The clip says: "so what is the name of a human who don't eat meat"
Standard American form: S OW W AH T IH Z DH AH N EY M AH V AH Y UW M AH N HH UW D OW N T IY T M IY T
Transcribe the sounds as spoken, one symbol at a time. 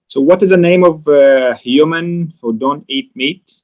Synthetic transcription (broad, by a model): S OW W AH T IH Z DH AH N EY M AH V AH Y UW M AH N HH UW D OW N T IY T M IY T